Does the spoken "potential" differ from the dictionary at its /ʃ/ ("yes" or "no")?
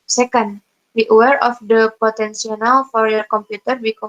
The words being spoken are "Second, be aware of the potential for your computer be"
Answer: yes